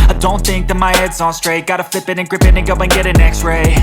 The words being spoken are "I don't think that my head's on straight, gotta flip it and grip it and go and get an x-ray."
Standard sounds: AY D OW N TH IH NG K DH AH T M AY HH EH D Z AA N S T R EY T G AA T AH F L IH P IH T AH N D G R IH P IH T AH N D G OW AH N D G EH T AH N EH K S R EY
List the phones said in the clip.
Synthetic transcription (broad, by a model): AY D OW N TH IH NG K DH AH T M AY HH EH D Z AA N S T R EY T G AA T AH F L IH P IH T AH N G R IH P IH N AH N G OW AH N G EH T AH N EH K S R EY